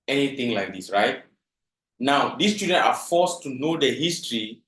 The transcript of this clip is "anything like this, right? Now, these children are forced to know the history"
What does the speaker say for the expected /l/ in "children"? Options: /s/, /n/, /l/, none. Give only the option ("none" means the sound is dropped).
none